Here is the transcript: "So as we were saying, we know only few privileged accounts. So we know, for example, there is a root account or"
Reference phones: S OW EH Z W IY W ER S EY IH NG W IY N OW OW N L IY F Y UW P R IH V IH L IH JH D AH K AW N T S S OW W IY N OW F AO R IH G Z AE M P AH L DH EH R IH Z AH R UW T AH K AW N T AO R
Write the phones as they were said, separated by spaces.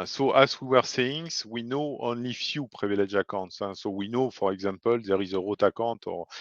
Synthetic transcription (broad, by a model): S OW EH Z W IY W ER S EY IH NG W IY N OW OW N L IY F Y UW P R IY V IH L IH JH AH K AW T S S OW W IY N OW F AO R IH G Z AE M P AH L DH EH R IH Z AH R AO T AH K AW T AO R